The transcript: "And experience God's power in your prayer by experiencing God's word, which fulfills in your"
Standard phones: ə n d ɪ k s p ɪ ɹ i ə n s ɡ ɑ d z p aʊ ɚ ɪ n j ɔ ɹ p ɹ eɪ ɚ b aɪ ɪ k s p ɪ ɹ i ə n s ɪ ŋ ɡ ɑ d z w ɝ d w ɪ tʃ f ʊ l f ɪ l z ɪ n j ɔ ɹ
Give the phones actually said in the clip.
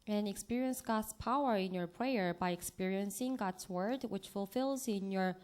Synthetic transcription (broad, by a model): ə n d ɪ k s p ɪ ɹ i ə n s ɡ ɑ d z p aʊ ɚ ɪ n j ɔ ɹ p ɹ eɪ ɚ b aɪ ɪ k s p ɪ ɹ i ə n s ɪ ŋ ɡ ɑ d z w ɝ d w ɪ tʃ f ʊ l f ɪ l z ɪ n j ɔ ɹ